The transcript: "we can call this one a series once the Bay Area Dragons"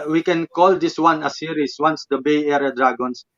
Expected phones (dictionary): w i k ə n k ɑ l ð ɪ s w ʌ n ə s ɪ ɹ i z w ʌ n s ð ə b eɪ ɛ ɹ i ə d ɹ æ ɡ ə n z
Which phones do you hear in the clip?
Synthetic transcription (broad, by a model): w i k ə n k ɑ l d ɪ s w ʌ n ə s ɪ ɹ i s w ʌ n s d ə b eɪ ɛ ɹ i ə d ɹ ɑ ɡ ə n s